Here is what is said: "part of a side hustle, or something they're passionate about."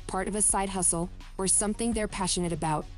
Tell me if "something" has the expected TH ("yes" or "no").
yes